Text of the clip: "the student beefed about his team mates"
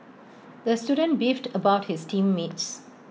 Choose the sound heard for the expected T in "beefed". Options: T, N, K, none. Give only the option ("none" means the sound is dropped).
T